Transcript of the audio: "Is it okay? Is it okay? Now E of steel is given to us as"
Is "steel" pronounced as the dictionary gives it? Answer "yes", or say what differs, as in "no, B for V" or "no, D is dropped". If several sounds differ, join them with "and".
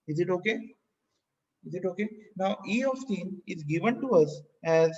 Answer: no, N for L